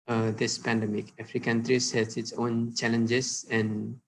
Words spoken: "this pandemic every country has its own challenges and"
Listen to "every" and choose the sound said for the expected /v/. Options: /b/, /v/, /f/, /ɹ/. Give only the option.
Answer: /f/